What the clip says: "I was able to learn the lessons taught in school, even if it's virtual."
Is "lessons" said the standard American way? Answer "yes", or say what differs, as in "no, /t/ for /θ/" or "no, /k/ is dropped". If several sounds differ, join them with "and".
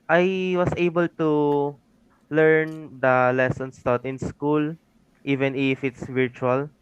no, /s/ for /z/